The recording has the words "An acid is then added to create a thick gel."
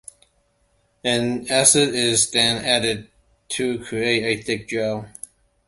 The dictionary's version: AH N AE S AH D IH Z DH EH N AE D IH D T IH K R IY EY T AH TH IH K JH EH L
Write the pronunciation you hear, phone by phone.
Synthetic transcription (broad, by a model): AH N AE S AH D IH Z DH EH N AE D IH D T IH K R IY EY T AH TH IH K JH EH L